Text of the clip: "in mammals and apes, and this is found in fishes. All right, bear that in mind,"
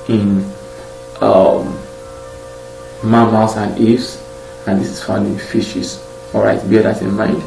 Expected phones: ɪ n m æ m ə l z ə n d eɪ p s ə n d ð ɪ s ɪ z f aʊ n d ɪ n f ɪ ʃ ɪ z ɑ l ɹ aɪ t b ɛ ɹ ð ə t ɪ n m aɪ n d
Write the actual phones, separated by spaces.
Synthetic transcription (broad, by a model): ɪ n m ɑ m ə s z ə n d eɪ f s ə n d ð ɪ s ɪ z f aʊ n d ɪ n f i ʃ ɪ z ɑ l ɹ aɪ t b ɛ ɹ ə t ɪ n m aɪ n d